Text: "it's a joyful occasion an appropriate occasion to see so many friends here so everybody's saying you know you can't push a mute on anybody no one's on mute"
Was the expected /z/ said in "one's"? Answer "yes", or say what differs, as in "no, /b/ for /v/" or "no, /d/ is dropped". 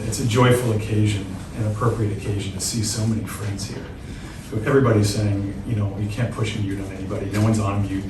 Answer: yes